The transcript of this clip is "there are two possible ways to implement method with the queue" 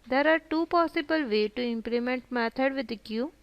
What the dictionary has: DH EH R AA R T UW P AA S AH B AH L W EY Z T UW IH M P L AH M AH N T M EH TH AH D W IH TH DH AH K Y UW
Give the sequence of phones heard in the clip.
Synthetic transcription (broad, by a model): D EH R AA R T UW P AA S AH B AH L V EY T UW IH M P L AH M AH N T M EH T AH D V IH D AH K Y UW